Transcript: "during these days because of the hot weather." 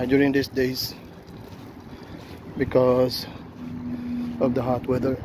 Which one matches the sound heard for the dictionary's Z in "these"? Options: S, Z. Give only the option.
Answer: S